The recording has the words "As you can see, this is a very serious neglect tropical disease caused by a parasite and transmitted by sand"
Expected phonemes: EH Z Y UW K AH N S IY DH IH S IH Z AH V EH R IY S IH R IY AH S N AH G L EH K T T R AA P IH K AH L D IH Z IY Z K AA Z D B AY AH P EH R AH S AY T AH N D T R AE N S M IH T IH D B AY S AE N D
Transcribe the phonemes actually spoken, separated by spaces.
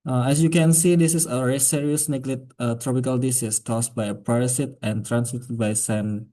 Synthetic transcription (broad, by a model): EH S Y UW K AH N S IY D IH S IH S AH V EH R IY S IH R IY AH S N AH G L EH T T R AA P IH K AH L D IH S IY S K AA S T B AY AH P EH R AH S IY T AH N T R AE N S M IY T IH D B AY S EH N